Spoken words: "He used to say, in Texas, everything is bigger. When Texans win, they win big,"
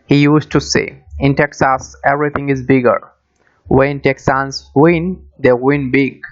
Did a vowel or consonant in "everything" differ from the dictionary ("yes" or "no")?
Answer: yes